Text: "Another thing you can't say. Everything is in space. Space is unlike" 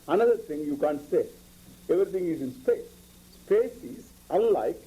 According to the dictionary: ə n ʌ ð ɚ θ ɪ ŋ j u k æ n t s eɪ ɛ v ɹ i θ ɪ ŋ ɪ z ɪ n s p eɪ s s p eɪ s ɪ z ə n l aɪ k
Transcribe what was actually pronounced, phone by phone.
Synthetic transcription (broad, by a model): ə n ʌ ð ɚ t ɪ ŋ j u k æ n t s eɪ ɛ v ɹ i t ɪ ŋ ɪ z ɪ n s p eɪ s s p eɪ s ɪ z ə n l aɪ k